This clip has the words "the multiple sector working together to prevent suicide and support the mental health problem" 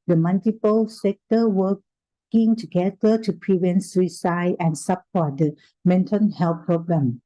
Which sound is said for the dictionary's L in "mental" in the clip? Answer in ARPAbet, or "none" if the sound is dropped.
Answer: N